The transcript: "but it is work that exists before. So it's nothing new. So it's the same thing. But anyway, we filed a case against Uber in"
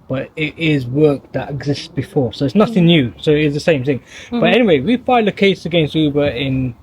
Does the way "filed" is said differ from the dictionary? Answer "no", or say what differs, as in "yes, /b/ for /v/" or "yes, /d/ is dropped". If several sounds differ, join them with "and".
yes, /d/ is dropped